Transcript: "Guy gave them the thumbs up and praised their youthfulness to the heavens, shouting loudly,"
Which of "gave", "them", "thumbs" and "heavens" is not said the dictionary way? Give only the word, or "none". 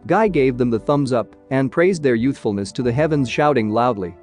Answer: none